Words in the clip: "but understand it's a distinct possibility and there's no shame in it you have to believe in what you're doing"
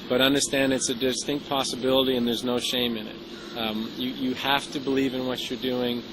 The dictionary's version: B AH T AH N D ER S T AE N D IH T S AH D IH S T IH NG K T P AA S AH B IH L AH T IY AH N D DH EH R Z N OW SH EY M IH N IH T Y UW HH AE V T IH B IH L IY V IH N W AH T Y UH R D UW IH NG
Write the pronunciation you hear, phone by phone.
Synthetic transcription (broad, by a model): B AH T AH N D ER S T AE N D IH T S AH D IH S T IH NG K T P AA S AH B IH L AH T IY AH N DH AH R Z N OW SH EY M IH N IH T Y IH HH AE F T IH B IH L IY V IH N W AH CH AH R D UW IH NG